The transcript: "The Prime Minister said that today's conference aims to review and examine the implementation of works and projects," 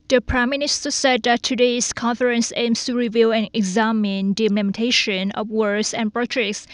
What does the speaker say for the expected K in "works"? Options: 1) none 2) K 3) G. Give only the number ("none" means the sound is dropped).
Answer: 1